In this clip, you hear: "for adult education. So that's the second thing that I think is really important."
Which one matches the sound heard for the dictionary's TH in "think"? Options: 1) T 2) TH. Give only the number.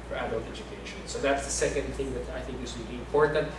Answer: 2